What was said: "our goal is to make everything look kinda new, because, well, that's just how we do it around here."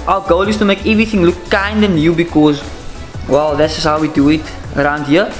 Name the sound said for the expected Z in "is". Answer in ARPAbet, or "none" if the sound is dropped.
S